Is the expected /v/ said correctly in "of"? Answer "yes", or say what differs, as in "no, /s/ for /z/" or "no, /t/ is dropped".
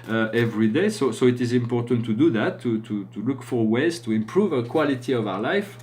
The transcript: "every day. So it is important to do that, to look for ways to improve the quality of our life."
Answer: yes